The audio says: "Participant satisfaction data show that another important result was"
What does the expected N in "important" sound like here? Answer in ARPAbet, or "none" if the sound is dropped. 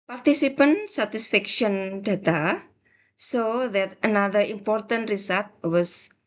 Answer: N